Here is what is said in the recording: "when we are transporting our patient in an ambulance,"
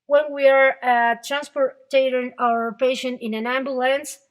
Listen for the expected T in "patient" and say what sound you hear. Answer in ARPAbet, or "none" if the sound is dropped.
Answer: none